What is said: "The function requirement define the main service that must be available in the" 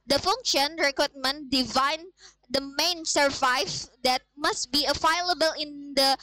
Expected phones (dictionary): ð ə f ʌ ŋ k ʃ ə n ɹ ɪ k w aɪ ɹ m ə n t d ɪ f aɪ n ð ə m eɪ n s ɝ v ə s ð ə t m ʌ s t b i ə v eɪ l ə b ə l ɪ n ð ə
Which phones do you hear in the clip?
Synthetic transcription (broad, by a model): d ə f ʌ ŋ k ʃ ə n ɹ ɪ k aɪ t m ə n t d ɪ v aɪ n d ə m eɪ n s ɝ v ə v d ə t m ʌ s t b i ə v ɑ l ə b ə l ɪ n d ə